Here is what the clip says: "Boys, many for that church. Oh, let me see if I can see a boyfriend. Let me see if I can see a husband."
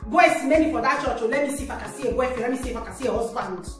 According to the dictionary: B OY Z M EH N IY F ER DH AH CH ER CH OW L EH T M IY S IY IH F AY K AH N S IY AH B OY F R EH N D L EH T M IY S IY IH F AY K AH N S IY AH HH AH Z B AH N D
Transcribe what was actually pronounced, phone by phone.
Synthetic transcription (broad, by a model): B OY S M EH N IY F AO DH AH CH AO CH OW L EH M IY S IY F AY K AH S IY AH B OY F EH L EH M IY S IY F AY K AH S IY AH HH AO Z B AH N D